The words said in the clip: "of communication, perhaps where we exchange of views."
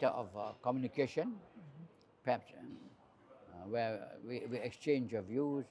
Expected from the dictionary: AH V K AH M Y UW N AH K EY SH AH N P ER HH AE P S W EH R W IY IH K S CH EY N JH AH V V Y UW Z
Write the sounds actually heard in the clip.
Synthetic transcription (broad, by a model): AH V K AH M Y UW N AH K EY SH AH N P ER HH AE P S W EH W W IY IH K S CH EY N JH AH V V Y UW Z